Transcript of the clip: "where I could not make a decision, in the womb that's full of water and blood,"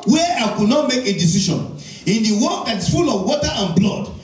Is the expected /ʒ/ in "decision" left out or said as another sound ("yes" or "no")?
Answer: yes